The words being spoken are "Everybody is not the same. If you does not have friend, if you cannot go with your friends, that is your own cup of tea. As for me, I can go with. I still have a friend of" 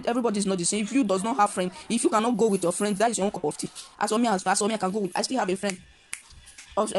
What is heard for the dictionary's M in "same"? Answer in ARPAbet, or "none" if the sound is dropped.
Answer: none